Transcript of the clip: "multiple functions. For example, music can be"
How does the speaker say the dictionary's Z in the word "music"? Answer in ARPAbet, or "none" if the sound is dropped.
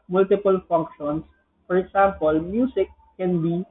S